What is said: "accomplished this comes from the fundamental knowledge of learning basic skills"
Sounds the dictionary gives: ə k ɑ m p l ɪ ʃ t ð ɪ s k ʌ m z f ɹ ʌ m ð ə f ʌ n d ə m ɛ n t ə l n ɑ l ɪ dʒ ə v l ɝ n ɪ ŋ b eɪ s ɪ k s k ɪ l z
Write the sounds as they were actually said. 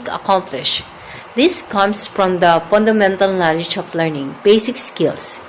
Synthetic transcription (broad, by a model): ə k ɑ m p l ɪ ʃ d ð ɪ s k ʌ m s f ɹ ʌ m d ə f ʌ n d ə m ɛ n t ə l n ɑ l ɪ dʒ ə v l ɝ n ɪ ŋ b eɪ s ɪ k s k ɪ l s